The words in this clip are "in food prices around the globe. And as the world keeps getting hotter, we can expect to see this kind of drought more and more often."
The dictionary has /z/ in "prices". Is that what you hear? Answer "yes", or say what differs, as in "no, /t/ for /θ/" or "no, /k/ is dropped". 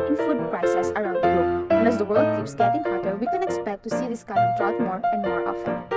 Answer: no, /s/ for /z/